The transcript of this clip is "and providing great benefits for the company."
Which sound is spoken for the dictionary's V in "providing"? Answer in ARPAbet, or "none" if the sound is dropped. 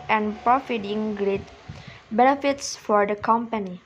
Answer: F